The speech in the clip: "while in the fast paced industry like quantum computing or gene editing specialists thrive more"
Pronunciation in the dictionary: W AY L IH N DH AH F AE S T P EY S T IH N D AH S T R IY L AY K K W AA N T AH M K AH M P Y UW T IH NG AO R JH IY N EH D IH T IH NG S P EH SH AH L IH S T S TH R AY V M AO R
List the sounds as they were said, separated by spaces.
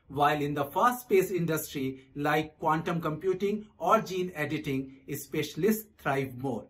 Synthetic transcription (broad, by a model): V AY L IH N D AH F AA S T P EY S IH N D AH S T R IY L AY K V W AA N T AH M K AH M P Y UW T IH NG AO R JH IY N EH D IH T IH NG S P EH SH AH L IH S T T R AY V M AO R